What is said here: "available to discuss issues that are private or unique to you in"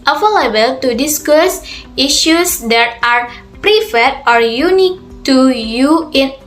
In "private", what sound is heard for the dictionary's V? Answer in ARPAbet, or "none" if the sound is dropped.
F